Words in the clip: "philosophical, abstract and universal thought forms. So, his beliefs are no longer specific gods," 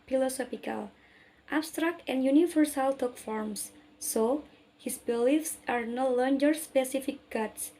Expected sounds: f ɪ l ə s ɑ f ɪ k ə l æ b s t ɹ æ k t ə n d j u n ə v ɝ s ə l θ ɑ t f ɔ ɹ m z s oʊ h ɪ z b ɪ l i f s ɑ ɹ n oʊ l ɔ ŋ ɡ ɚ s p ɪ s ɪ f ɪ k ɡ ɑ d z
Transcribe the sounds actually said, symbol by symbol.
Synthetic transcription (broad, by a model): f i l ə s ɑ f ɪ k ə l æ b s t ɹ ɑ k t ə n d j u n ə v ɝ s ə l t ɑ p f ɔ ɹ m s oʊ h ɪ s b ɪ l i f s ɑ ɹ n oʊ l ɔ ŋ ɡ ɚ s p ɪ s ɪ f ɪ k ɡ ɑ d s